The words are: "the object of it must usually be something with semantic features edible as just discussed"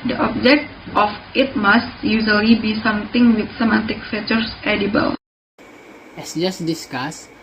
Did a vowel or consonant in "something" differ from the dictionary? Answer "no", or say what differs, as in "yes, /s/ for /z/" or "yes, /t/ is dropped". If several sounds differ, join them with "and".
yes, /t/ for /θ/